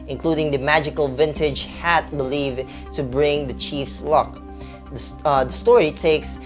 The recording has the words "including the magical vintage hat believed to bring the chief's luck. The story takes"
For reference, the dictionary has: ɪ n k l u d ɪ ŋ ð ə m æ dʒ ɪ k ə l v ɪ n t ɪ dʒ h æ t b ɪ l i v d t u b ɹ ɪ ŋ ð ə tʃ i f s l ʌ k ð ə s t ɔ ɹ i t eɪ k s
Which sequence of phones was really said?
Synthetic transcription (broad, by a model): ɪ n k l u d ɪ ŋ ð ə m æ dʒ ɪ k ə l v ɪ n t ɪ dʒ h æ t b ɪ l i v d t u b ɹ ɪ ŋ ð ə tʃ i f s l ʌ k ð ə s t ɔ ɹ i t eɪ k s